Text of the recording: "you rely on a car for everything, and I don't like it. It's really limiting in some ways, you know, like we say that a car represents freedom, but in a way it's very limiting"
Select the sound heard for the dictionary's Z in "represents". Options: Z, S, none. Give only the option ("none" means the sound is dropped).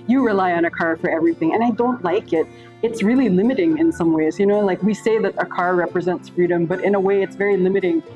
Z